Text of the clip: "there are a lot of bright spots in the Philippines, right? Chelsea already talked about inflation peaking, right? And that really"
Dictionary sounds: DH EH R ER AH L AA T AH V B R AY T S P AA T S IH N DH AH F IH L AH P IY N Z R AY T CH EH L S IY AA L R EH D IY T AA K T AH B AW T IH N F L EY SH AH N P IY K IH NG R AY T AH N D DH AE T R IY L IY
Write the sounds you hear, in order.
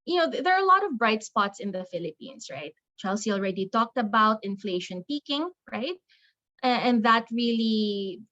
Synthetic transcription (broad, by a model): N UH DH ER AH L AA T AH V B R AY T S P AA T S IH N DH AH F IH L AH P IY N S R AY T CH EH L S IY AA L R EH D IY T AA K T AH B AW T IH N F L EY SH AH N P IY K IH NG R AY T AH N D DH AE T R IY L IY